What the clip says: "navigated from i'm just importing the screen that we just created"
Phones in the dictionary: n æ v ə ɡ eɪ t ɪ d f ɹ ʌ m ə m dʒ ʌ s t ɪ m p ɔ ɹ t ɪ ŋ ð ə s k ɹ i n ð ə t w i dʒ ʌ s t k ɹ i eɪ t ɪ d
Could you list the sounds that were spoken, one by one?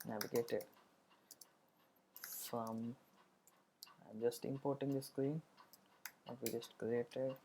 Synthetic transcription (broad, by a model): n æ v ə ɡ eɪ t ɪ d f ɹ ʌ m ə m dʒ ʌ s t ɪ m p ɔ ɹ t ɪ ŋ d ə s k ɹ i n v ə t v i dʒ ʌ s t k ɹ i eɪ t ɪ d